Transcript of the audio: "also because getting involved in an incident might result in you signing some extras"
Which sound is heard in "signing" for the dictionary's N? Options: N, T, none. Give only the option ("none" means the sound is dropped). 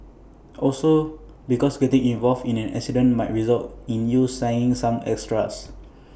none